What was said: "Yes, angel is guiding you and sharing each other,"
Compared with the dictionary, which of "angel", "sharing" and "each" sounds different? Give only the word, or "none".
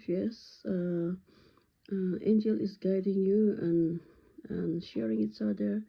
each